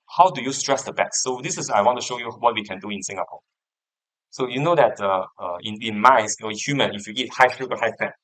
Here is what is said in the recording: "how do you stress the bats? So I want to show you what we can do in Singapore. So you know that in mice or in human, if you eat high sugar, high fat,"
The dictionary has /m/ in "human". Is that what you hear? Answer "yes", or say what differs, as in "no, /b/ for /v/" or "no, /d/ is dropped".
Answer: yes